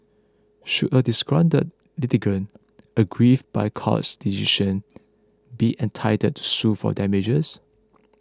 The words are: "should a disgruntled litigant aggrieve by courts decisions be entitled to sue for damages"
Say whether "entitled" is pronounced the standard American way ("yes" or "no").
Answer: no